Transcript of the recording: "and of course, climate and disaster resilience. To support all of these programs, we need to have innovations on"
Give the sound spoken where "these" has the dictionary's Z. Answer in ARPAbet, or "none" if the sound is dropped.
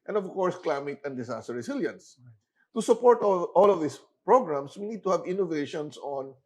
S